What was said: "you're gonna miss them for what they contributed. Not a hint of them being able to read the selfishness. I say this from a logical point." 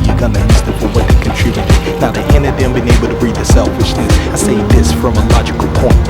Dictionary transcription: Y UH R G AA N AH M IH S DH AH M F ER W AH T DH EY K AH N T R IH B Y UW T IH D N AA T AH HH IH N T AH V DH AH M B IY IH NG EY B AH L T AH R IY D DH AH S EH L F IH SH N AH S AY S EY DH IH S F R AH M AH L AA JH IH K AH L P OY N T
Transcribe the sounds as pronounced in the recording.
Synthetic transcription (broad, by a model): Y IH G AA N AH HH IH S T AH F ER W AH T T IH K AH N T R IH B Y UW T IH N AA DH AH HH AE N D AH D DH AH M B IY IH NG EY B L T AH R IY D DH AH S EH L F IH SH N AH S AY S EY DH IH S F R AH M AH L AA JH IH K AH L P OY N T